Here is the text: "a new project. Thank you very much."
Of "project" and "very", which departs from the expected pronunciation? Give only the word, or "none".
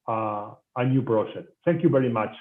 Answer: project